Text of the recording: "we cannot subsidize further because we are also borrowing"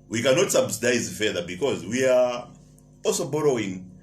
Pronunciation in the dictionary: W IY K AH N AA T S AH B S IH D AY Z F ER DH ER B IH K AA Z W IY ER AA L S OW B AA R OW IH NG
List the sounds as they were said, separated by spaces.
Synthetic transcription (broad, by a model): W IY K AH N AA T S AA B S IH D AY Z F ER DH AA B IH K AA Z W IY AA AA L S OW B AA R OW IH NG